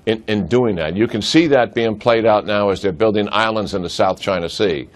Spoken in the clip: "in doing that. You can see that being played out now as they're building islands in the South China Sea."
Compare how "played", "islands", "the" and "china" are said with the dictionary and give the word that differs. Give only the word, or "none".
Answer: none